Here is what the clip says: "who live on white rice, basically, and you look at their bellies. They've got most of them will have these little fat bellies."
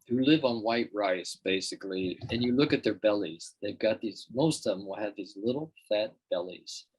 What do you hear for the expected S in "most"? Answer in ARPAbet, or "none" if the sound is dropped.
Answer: none